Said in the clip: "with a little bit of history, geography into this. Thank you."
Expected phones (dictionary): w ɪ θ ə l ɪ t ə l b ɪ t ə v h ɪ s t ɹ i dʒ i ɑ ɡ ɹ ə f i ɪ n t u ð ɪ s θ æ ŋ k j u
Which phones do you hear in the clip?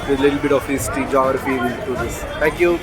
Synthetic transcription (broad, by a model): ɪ ə l ɪ t ə l b ɪ t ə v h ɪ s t i dʒ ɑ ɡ ɹ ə f i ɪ t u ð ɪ s t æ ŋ k j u